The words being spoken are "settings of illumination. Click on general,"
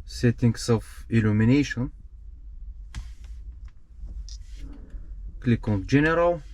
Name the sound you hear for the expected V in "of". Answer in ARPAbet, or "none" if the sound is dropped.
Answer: F